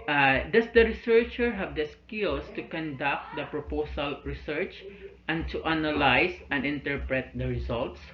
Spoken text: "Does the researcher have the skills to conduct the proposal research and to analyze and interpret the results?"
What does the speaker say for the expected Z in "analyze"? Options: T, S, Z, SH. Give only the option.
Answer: S